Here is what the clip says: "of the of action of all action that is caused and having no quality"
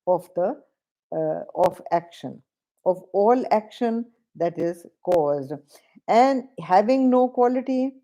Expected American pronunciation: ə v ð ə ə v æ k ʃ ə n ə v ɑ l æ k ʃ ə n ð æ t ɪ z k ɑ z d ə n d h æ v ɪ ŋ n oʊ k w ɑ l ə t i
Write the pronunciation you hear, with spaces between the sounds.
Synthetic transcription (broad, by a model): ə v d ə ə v æ k ʃ ə n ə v ɑ l æ k ʃ ə n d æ t ɪ z k ɑ z d ə n d h æ v ɪ ŋ n oʊ k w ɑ l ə t i